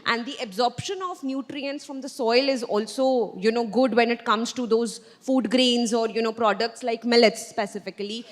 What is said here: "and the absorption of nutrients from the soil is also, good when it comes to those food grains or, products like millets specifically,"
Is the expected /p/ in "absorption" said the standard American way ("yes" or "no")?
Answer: yes